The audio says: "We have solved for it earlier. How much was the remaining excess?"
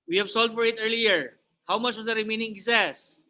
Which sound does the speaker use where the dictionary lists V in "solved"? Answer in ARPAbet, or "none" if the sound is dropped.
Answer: none